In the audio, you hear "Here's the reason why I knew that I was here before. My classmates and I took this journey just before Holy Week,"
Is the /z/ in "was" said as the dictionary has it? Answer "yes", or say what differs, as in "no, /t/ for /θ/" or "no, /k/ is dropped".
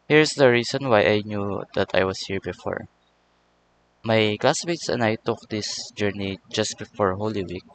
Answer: no, /s/ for /z/